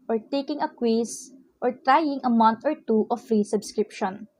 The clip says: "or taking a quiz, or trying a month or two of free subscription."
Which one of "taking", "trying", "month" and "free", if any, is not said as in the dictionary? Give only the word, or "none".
month